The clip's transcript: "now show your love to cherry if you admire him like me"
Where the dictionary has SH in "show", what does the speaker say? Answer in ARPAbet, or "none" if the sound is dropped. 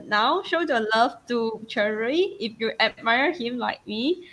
SH